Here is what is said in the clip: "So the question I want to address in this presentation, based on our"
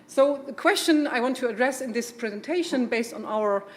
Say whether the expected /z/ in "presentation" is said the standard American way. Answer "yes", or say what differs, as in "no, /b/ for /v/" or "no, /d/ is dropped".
yes